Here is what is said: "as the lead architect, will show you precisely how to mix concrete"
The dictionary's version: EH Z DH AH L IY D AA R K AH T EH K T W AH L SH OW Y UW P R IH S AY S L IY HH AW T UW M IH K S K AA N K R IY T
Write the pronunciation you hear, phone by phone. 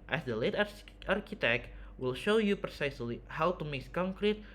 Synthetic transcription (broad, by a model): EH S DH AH L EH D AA R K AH T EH K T W AH L SH OW Y UW P R IH S AY S L IY HH AW T UW M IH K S K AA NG K R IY T